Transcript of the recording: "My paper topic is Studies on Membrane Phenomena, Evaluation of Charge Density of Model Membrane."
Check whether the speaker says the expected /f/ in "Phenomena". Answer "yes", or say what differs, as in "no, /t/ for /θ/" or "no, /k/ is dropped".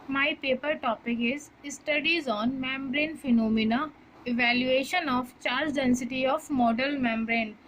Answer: yes